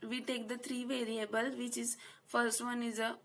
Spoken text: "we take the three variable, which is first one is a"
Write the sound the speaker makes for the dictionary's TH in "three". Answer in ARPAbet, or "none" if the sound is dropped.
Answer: T